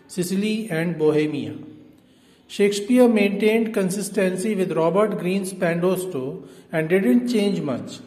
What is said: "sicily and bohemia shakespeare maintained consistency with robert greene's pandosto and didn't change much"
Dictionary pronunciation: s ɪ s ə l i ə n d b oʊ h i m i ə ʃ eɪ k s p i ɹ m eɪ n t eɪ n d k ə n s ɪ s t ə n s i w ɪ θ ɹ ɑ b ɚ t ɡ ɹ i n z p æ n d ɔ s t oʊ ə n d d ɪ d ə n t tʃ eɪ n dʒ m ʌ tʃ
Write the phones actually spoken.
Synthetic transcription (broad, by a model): s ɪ s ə l i ə n d b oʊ h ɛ m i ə ʃ eɪ k s p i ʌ m eɪ n t eɪ n d k ə n s ɪ s t ə n s i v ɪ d ɹ ɑ b ɚ t ɡ ɹ i n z p æ n d ɔ s t oʊ ə n d d ɪ d ə n t tʃ eɪ n dʒ m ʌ tʃ